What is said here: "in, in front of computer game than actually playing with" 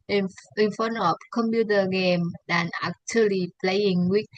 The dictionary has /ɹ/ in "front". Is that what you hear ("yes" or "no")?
no